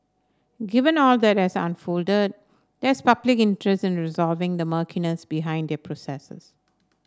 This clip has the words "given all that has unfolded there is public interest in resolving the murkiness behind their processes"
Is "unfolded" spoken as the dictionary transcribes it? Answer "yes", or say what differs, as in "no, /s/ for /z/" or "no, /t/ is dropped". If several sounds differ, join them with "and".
yes